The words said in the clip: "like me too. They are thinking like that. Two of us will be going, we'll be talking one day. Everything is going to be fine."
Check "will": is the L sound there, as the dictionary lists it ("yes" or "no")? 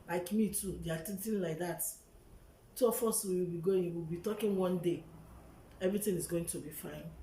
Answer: no